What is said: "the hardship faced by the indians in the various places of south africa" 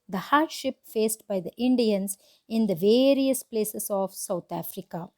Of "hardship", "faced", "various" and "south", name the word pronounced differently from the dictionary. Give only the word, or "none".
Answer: south